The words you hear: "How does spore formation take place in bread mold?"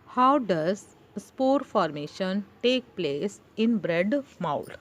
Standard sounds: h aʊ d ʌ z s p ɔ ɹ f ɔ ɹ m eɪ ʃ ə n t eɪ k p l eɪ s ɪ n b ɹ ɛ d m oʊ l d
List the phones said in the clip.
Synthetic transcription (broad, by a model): h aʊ d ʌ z s p ɔ ɹ f ɔ ɹ m eɪ ʃ ə n t eɪ k p l eɪ s ɪ n b ɹ ɛ d m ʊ l